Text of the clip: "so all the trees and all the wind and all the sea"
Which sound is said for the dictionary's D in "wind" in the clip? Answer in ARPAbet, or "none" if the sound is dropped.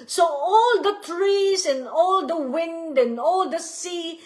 D